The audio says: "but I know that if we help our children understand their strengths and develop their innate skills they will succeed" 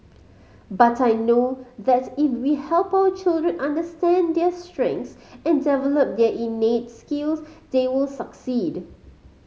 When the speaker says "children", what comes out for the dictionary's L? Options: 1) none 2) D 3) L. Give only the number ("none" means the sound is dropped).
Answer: 3